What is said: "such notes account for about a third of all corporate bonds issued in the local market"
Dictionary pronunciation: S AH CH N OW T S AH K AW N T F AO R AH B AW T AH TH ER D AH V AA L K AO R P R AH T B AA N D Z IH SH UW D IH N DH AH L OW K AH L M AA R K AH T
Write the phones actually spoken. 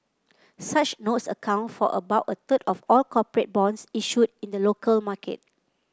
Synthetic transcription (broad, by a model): S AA CH N OW T S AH K AW N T F AO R AH B AW T AH T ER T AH F AA L K AO P R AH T B AA N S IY SH UW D IH N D AH L OW K AH L M AA K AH T